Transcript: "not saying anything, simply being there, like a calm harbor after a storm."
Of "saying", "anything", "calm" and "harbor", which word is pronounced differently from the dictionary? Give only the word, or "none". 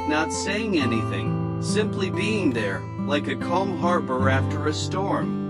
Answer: none